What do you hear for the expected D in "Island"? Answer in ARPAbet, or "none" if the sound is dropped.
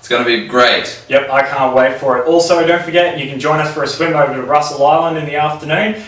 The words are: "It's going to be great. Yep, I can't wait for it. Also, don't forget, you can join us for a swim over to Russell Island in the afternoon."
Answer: D